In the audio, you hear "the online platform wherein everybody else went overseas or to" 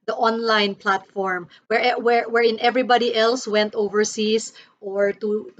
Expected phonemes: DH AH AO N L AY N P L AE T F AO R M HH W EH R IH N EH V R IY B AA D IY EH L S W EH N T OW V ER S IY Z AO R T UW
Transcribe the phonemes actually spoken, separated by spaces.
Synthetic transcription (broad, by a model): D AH AO N L AY N P L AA T F AO R M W W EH R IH N EH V R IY B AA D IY EH L S W EH N T OW V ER S IY S AO R T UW